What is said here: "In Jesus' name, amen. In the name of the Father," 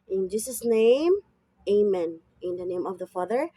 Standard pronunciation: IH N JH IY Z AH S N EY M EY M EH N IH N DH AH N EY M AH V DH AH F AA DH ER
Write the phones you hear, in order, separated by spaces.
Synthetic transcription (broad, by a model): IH N JH IY S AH S N EY M EY M EH N IH N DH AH N EY M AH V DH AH F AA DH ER